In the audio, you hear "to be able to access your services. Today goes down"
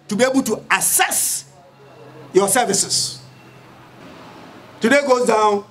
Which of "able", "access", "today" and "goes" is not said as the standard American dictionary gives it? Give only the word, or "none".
access